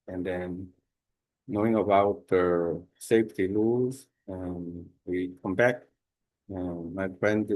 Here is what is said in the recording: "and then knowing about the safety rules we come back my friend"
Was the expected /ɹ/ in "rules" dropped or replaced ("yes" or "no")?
yes